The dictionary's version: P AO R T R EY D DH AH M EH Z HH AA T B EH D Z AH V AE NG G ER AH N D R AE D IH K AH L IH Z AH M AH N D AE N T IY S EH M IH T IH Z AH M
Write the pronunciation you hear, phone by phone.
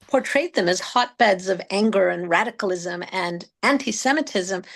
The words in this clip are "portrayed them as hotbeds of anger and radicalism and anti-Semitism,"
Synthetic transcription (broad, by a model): P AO R T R EY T DH AH M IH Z HH AA T B EH D Z AH V AE NG G ER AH N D R AE D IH K L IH Z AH M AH N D AE N T IY S EH M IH T IH Z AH M